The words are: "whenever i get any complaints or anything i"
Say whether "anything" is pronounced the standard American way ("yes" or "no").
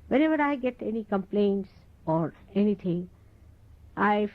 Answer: no